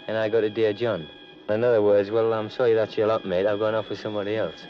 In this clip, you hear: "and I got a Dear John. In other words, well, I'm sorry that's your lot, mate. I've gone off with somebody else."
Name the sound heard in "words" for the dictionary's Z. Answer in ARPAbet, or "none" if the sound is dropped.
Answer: Z